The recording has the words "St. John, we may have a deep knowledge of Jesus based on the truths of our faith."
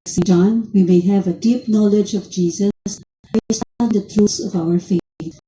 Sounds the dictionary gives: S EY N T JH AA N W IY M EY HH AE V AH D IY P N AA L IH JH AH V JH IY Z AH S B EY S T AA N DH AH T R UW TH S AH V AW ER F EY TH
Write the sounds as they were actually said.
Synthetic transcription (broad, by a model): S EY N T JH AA N W IY M EY HH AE V AH D IY P N AA L IH JH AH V JH IY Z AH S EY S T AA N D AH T UW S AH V AW ER F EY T